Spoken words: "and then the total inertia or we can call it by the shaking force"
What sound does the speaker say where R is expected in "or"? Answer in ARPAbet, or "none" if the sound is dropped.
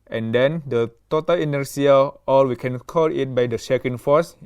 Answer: L